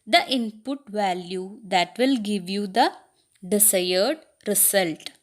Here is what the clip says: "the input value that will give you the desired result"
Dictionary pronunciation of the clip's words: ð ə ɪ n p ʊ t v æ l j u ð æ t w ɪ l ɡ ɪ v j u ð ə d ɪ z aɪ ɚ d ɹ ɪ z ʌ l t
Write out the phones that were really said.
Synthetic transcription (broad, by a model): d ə ɪ n p ʊ t v æ l j u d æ t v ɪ l ɡ ɪ v j u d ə d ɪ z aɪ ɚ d ɹ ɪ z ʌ l t